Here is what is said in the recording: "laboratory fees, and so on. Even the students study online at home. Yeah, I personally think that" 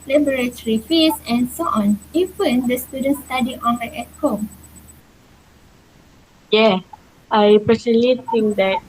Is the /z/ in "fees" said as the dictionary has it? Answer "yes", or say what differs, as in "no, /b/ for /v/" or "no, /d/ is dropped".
no, /s/ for /z/